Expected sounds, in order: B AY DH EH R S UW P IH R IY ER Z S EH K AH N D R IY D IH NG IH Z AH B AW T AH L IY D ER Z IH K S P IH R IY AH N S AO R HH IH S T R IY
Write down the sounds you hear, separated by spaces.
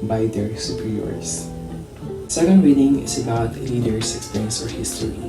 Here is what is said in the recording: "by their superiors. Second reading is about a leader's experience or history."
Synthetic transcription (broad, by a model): B AY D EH R S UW P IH R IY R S S EH K AH N D W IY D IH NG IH S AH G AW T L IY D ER S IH K S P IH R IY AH N S AO R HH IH S T R IY